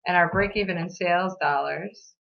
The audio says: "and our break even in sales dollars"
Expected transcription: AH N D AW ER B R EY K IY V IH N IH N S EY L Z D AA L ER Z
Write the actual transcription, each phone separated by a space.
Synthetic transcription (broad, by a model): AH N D AW ER B R EY K IY V IH N IH N S EY L Z D AA L ER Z